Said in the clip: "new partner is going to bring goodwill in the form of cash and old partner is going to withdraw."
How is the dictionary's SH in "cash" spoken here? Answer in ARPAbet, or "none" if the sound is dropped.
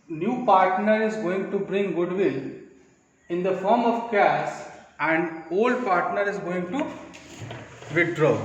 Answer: S